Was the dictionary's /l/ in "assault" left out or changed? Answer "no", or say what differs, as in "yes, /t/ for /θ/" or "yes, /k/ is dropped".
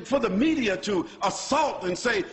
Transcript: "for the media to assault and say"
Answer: no